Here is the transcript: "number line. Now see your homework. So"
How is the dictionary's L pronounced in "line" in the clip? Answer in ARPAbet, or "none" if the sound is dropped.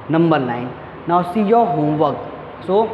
N